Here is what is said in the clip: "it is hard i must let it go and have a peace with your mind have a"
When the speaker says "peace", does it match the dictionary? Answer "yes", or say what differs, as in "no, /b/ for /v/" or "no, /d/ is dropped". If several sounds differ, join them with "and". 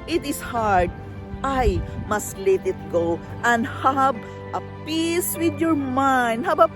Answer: yes